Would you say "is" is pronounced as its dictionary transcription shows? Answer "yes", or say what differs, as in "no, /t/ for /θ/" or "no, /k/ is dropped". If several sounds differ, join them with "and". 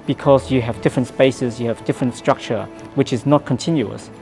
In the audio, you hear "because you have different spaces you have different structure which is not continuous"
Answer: yes